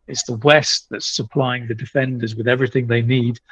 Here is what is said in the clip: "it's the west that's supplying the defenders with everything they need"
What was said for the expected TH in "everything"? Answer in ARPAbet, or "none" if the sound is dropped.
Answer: TH